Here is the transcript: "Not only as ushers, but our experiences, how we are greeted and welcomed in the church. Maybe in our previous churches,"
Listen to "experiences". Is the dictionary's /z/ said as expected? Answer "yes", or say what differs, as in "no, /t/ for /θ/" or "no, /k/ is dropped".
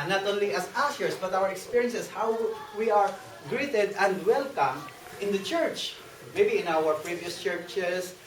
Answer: no, /s/ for /z/